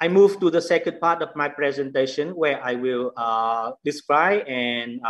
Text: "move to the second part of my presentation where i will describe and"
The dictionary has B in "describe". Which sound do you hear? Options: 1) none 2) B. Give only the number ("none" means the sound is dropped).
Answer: 1